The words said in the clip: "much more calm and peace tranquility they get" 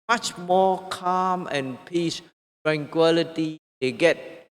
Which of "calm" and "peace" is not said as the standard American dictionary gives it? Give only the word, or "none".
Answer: none